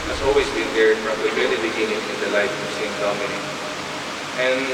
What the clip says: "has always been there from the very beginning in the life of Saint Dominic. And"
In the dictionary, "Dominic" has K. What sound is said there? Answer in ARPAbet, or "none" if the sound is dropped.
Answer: none